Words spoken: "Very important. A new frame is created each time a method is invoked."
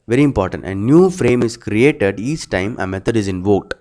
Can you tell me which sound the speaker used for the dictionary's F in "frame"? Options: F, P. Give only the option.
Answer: F